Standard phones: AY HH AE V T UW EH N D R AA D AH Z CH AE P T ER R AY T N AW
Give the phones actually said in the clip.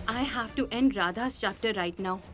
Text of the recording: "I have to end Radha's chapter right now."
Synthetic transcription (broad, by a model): AY HH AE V T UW EH N D R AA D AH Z CH AE P T ER R AY T N AW